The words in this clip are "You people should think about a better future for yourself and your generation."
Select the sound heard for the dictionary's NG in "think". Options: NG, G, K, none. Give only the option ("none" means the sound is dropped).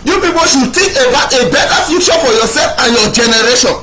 none